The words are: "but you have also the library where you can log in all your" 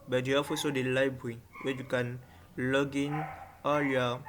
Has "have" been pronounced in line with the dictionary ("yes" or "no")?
no